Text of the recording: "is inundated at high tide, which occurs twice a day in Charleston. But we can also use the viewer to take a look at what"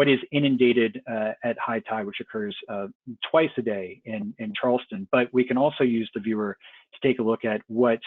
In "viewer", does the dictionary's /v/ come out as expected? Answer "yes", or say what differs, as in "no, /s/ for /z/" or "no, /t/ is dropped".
yes